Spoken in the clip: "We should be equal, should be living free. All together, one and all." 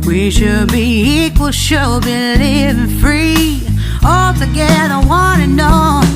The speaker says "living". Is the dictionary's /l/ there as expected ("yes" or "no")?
no